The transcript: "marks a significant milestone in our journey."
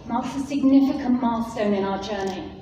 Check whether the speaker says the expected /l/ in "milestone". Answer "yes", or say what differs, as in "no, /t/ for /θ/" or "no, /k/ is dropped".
no, /l/ is dropped